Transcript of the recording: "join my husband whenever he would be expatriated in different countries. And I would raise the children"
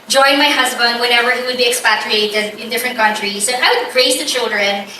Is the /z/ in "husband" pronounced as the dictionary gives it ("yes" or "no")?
yes